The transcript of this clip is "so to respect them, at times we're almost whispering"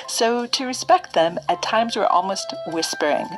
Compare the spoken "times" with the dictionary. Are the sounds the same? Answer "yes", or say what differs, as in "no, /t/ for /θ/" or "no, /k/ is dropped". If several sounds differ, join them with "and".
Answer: yes